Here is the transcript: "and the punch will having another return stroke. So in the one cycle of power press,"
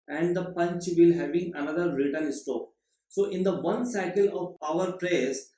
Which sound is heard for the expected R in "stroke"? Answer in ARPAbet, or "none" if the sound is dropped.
none